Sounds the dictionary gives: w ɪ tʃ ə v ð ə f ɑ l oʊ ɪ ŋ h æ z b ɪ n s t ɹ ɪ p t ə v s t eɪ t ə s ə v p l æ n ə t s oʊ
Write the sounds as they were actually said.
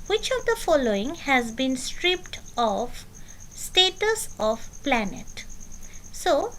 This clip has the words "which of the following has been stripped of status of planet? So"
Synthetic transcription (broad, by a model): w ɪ tʃ ə v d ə f ɑ l oʊ ɪ ŋ h æ z b ɪ n s t ɹ ɪ p t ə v s t eɪ t ə s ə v p l æ n ə t s oʊ